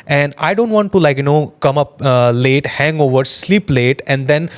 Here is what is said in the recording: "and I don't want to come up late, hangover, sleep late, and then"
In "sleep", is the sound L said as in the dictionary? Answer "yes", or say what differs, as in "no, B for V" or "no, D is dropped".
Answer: yes